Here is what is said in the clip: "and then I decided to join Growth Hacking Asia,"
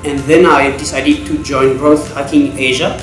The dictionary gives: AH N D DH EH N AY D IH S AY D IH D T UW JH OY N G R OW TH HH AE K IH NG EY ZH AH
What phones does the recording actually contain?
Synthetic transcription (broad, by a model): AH N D DH EH N AY D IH S AY D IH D T UW JH OY N G R OW TH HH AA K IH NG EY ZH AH